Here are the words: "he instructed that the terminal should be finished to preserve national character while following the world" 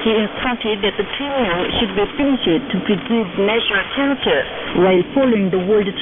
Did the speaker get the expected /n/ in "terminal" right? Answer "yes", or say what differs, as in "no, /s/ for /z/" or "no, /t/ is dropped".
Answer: no, /n/ is dropped